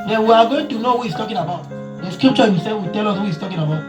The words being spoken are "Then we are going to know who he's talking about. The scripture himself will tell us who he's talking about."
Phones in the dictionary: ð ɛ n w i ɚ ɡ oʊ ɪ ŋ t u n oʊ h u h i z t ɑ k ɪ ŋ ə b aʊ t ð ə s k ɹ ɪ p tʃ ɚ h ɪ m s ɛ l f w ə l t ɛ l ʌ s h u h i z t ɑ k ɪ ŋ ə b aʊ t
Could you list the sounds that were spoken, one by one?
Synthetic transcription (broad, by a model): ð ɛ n w i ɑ ɡ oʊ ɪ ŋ t u n oʊ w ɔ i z t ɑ k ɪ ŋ ə b aʊ t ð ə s k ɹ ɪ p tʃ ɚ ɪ s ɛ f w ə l t ɛ l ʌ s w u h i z t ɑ k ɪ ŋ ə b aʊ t